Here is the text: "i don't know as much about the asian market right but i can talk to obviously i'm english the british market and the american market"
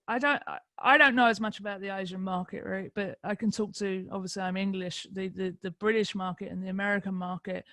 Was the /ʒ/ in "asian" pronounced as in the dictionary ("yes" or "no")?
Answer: yes